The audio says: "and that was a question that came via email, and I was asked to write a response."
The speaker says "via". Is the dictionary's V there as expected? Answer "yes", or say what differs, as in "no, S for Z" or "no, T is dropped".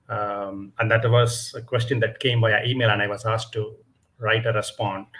no, B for V